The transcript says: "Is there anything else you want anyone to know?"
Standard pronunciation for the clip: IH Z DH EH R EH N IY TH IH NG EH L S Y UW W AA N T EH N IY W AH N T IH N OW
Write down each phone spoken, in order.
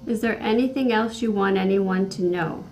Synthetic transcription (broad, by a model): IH Z DH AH R EH N IY TH IH NG EH L S Y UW W AA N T EH N IY W AH N T IH N OW